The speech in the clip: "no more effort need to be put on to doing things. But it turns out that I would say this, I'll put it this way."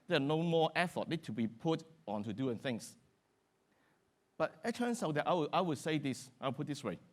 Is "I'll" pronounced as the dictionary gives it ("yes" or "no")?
no